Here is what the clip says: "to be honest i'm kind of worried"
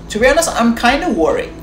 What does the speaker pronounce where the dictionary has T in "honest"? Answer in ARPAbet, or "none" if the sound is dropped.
none